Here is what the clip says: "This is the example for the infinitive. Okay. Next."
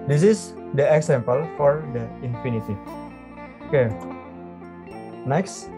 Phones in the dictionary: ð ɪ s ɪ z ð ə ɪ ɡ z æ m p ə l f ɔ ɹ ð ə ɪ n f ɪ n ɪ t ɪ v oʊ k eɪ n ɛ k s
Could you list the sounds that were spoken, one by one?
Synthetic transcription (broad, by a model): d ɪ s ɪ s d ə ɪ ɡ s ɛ m p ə l f ɔ ɹ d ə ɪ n f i n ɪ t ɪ oʊ k eɪ n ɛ k s